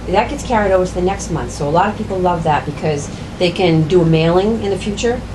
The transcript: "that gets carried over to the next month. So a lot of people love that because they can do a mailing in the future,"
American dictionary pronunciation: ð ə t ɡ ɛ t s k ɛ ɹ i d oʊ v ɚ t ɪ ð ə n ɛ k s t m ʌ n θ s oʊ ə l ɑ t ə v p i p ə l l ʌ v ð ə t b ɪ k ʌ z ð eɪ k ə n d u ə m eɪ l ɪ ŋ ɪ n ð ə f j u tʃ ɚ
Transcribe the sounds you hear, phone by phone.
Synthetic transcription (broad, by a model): ð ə t ɡ ɛ t s k ɛ ɹ i d oʊ v ɚ t ɪ ð ə n ɛ k s t m ʌ n θ s oʊ ə l ɑ t ə v p i p l l ʌ v ð ə t b ɪ k ʌ z ð eɪ k ə n d ə m eɪ l ɪ ŋ ɪ n ð ə f j u tʃ ɚ